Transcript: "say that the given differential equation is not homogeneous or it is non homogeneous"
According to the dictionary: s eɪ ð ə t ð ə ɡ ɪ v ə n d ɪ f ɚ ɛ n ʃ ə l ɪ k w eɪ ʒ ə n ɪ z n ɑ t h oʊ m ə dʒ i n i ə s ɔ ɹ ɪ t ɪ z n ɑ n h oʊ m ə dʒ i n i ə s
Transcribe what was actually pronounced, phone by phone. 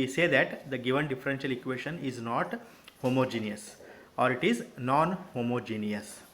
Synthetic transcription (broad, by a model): s eɪ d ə t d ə ɡ ɪ v ə n d ɪ f ɚ ɛ n ʃ ə l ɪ k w eɪ ʃ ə n ɪ z n ɑ t h oʊ m ə dʒ i n i ə s ɔ ɹ ɪ t ɪ z n ɑ n h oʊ m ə dʒ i n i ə s